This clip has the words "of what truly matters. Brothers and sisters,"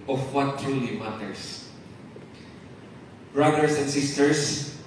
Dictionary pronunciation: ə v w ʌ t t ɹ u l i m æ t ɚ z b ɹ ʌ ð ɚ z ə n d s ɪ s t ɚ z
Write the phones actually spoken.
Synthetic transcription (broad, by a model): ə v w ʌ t t ɹ u l i m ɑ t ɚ s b ɹ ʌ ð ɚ s ə n d s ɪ s t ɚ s